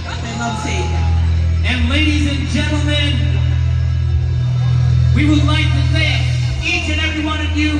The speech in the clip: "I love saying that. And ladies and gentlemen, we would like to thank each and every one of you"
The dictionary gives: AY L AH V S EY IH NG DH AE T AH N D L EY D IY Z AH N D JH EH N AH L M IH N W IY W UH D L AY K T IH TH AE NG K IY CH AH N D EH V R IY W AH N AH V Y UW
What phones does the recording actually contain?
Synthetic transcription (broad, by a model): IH N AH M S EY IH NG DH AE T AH N L EY D IY Z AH N JH EH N L M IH N W IY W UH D L AY K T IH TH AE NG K IY CH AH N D EH V R IY W AH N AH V Y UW